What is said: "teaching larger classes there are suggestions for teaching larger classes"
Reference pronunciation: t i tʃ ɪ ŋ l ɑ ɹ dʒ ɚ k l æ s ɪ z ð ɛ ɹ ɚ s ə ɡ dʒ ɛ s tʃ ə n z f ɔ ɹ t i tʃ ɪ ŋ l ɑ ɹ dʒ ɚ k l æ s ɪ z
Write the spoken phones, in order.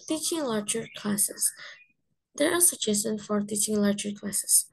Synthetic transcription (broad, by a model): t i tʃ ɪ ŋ l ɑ ɹ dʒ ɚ k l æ s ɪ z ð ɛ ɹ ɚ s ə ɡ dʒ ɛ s ə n f ɔ ɹ t i tʃ ɪ ŋ l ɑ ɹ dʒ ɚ k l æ s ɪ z